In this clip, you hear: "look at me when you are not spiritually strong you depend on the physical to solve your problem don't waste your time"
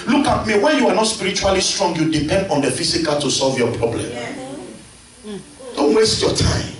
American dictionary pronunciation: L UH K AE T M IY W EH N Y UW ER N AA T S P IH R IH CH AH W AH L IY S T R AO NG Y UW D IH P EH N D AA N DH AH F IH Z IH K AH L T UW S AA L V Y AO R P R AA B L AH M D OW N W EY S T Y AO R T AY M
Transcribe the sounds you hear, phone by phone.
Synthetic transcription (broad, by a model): L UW K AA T M IY W EH N Y UW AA N AA T S P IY R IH CH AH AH L IY S T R AO NG Y UW D IH P EH N D AA N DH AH F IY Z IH K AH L T UW S AA L V Y AO P R AA B L AH M D OW N W EY S T Y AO T AY M